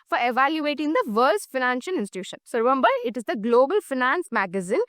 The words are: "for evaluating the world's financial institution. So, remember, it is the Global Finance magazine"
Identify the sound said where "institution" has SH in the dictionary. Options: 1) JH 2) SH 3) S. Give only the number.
2